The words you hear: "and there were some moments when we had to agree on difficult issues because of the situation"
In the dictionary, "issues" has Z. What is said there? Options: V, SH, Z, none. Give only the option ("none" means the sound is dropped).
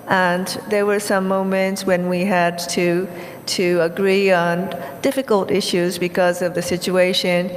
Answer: Z